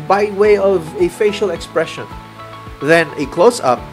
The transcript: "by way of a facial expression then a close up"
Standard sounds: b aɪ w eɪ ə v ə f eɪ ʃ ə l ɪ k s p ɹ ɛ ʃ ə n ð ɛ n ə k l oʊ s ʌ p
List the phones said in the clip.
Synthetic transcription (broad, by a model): b aɪ w eɪ ə v ə f eɪ ʃ ə l ɪ k s p ɹ ɛ ʃ ə n ð ɛ n ə k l oʊ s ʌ p